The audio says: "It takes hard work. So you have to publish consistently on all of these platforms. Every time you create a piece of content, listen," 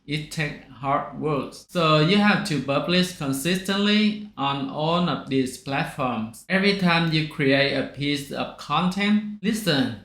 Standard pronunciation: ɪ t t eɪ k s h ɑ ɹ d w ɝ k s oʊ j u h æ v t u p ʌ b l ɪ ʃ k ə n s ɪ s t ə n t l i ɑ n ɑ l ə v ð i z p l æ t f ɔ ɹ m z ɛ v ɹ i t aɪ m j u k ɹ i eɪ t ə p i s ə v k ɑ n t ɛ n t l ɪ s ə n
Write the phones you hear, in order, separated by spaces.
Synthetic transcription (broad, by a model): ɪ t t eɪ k h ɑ ɹ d w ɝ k s oʊ j u h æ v t u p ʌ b l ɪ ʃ k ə n s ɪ s t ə n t l i ɑ n ɑ l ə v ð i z p l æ t f ɔ ɹ m s ɛ v ɹ i t aɪ m j u k ɹ i eɪ t ə p i s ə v k ɑ n t ɛ n t l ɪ s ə n